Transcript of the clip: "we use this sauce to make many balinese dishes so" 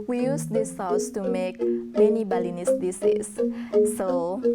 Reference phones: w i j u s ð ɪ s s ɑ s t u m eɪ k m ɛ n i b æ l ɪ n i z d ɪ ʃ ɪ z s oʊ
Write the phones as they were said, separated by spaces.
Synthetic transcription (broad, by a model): w i j u s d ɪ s s ɑ s t u m eɪ k m ɛ n i b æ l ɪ n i s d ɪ s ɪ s oʊ